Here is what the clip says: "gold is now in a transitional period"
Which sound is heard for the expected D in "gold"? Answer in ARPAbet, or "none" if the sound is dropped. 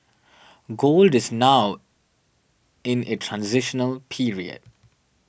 D